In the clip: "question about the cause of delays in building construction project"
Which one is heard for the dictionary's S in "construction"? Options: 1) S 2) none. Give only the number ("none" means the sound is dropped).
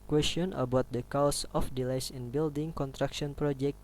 2